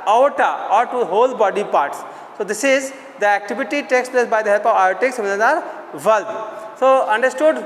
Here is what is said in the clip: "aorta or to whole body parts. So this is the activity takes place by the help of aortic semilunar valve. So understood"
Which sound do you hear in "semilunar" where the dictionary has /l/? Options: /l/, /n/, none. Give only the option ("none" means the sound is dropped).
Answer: /n/